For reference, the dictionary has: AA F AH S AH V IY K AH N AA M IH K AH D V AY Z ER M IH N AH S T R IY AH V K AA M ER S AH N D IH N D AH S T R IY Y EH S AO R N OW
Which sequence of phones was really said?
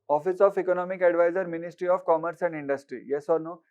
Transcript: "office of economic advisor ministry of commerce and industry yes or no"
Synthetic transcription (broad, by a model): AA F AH S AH F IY K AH N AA M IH K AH D V AY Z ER M IH N AH S T R IY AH F K AA M ER S AH N D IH N D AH S T R IY Y EH S AO R N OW